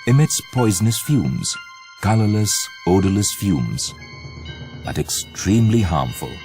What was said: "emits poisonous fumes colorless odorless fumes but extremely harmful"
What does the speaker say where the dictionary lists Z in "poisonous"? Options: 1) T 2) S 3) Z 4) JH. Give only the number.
3